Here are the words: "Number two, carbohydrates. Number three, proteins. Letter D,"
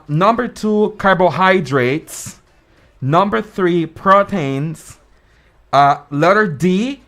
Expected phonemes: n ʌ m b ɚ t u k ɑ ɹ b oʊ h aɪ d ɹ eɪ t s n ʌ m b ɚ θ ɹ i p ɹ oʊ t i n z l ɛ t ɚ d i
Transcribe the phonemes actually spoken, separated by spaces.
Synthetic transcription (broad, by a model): n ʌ m b ɚ t u k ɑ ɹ b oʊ h aɪ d ɹ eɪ t s n ʌ m b ɚ θ ɹ i p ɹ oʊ t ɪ n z l ɛ t ɚ d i